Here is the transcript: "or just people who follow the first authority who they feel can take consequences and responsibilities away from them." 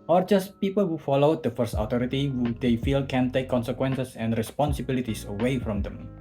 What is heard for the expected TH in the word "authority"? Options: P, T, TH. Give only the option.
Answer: T